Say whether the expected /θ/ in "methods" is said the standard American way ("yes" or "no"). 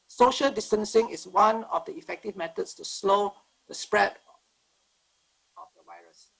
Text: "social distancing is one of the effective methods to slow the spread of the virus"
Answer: no